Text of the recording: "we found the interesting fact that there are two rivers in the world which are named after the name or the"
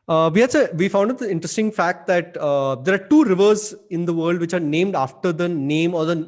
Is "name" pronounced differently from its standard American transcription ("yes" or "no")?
no